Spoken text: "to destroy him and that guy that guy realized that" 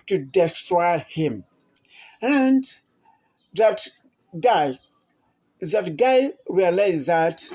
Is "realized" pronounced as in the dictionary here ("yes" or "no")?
no